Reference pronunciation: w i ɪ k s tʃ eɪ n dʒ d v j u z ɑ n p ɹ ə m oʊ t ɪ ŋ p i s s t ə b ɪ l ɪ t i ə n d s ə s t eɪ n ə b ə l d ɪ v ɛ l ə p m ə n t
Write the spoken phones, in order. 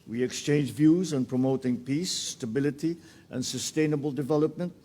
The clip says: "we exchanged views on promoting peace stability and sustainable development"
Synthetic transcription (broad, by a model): w i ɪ k s tʃ eɪ n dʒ v j u z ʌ n p ɹ ə m oʊ t ɪ ŋ p i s s t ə b ɪ l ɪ t i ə n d s ə s t eɪ n ə b ə l d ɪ v ɛ l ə p m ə n t